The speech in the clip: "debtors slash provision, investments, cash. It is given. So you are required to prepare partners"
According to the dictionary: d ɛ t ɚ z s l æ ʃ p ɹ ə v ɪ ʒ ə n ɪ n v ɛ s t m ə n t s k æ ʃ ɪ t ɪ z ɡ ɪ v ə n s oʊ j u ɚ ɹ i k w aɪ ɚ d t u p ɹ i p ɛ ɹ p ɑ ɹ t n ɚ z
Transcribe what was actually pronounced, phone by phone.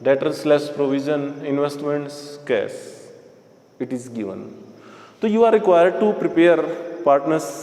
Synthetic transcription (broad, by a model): d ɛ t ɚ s l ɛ s p ɹ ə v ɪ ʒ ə n ɪ n v ɛ s t m ə n t s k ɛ s ɪ t ɪ z ɡ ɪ v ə n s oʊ j u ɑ ɹ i k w aɪ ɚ d t u p ɹ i p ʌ ɹ p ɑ ɹ t n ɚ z